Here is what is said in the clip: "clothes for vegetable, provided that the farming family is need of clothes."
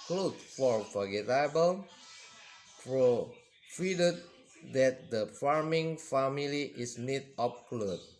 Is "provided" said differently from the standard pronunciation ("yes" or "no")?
yes